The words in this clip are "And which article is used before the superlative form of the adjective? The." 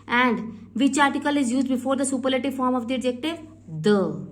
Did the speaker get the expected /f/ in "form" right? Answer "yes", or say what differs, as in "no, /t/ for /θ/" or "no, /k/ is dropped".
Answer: yes